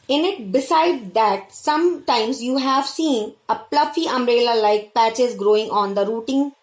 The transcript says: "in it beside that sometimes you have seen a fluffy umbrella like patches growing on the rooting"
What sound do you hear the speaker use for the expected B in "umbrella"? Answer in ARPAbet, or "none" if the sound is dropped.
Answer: none